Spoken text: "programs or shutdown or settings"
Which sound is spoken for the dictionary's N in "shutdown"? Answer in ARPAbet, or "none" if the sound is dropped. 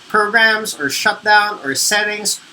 N